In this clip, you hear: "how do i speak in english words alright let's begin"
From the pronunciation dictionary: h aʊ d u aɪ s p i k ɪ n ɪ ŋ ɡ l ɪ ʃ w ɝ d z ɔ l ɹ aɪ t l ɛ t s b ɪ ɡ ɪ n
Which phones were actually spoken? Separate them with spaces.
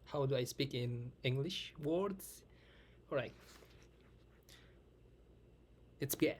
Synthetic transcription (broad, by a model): h aʊ d u aɪ s p i k ɪ n ɪ ŋ ɡ l ɪ ʃ w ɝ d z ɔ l ɹ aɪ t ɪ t s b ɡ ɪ